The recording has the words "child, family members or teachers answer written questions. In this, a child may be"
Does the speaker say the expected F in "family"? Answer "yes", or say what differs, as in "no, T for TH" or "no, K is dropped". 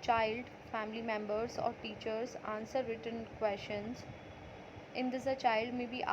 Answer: yes